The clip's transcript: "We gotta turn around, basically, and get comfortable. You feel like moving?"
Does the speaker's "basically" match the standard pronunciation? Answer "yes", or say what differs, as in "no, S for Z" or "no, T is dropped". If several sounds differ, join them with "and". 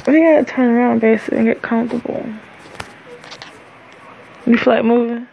no, L is dropped